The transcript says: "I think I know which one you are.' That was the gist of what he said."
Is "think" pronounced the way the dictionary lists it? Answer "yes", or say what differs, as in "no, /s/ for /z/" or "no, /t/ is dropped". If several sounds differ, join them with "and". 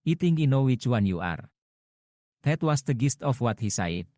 no, /t/ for /θ/